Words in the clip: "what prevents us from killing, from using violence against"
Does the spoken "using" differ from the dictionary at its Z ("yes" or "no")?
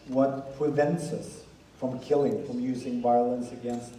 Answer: no